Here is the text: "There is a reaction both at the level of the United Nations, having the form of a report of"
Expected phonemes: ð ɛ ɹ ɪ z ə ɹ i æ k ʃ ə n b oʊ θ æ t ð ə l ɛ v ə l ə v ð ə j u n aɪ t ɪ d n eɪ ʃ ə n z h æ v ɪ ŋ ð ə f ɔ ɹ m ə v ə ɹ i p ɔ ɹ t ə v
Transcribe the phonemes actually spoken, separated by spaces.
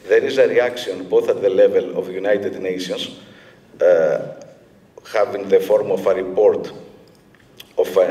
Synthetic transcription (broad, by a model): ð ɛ ɹ ɪ z ə ɹ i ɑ k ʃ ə n b oʊ θ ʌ t ð ə l ɛ v ə l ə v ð j u n aɪ t ɪ d n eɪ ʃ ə n s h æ v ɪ ŋ ð ə f ɔ ɹ m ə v ə ɹ i p ɔ ɹ t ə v